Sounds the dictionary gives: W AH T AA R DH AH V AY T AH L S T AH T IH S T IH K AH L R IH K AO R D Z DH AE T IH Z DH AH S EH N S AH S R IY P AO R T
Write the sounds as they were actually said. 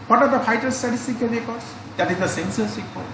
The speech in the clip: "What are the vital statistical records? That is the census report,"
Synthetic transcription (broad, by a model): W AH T AA R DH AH F AY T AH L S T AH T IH S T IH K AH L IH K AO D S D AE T IH Z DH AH S EH N S AH S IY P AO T